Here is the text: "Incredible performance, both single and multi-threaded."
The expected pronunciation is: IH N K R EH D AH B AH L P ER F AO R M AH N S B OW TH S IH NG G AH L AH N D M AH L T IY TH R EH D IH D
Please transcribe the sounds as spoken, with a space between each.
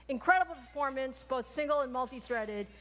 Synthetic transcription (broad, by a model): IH N K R EH D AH B L P ER F AO R M AH N S B OW TH S IH NG G L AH N M AH L T IY TH R EH D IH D